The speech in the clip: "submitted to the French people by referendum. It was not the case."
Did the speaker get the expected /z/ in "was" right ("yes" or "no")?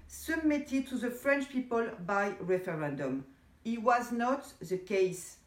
yes